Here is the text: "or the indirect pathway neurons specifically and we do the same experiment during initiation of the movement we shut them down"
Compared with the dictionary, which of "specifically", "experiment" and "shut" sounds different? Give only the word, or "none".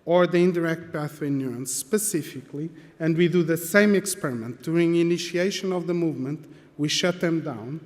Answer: none